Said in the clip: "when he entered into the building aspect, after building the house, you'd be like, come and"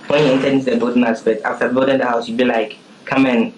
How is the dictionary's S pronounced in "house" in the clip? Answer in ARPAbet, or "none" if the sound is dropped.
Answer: S